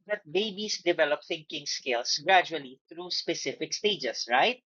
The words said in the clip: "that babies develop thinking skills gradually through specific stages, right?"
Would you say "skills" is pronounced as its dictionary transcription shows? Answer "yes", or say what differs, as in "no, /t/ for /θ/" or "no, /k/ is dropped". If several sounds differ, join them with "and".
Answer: no, /s/ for /z/